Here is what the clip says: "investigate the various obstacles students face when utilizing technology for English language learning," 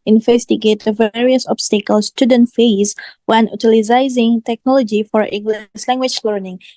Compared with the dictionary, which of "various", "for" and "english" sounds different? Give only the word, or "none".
english